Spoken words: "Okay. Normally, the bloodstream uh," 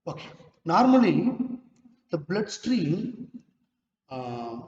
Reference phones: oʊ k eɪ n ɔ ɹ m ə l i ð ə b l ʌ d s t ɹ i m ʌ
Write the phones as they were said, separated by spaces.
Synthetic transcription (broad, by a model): oʊ k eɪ n ɔ ɹ m ə l i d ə b l ʌ d s t ɹ i m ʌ